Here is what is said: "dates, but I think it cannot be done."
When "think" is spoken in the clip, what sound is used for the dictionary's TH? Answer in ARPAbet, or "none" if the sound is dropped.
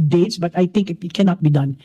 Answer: T